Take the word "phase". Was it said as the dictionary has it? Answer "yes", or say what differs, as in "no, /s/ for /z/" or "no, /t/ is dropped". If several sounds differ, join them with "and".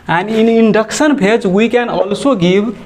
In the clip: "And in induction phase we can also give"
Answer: no, /p/ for /f/